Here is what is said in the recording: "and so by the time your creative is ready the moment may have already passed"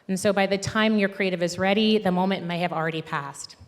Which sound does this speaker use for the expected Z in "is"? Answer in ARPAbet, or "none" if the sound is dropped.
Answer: Z